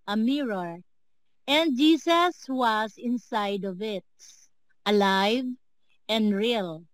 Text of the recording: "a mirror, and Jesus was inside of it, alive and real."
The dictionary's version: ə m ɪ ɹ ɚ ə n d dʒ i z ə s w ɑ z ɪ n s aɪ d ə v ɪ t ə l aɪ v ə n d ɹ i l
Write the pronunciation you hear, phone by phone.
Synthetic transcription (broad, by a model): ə m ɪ ɹ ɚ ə n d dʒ i s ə s w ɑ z ɪ n s aɪ d ə v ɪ t ə l aɪ v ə n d ɹ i l